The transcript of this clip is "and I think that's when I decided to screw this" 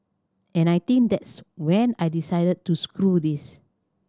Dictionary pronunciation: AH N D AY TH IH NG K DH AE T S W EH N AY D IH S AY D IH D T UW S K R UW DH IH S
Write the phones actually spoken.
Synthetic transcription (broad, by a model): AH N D AY T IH NG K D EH T S W EH N AY D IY S AY D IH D T UW S K R UW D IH S